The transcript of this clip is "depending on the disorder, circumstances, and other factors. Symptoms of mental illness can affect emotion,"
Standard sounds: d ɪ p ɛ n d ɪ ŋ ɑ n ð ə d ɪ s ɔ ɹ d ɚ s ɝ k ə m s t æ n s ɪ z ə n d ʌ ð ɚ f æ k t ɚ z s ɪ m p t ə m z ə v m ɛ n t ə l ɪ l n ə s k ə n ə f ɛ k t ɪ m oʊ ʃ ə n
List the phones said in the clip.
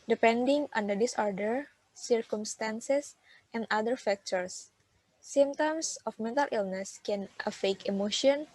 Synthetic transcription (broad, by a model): d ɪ p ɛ n d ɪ ŋ ɑ n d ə d ɪ s ɔ ɹ d ɚ s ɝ k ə m s t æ n s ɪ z ə n d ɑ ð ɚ f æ k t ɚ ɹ s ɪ m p t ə m s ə f m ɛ n t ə l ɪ l n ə s k ə n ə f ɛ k ɪ m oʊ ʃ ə n